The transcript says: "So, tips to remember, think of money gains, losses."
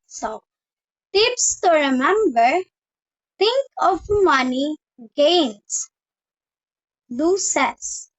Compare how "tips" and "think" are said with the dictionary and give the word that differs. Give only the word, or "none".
think